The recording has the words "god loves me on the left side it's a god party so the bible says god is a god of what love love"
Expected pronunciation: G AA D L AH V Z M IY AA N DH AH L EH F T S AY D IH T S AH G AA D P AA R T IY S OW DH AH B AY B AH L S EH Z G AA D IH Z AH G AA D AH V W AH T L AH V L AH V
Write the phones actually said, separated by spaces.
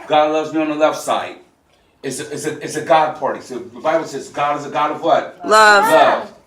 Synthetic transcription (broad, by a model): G AA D L AH V Z M IY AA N DH AH L EH F T S AY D IH T S AH G AA D P AA R T IY S OW DH AH B AY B L S EH Z G AA D IH Z AH G AA D AH V W AH T L AH V L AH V